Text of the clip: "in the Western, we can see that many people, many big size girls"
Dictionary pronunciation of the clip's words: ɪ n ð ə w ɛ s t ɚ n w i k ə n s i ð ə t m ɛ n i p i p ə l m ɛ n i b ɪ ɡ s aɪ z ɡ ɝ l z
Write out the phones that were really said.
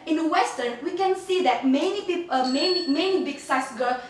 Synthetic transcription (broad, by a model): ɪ n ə w ɛ s t ɚ n w i k ə n s i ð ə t m ɛ n i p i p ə n m ɛ n i b ɪ ɡ s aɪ s ɡ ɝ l